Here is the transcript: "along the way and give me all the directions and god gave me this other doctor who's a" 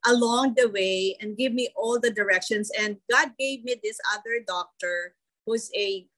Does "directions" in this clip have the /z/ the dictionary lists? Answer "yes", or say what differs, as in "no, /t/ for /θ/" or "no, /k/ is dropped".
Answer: no, /s/ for /z/